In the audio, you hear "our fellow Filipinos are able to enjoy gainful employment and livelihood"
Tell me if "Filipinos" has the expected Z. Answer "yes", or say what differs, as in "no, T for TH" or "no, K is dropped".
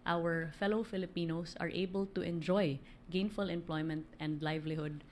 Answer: no, S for Z